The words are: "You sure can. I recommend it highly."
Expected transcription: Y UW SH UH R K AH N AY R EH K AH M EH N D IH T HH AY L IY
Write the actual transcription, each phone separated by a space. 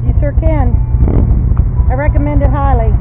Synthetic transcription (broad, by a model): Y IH S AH R K AH N AY R EH K AH M EH N D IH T HH AY L IY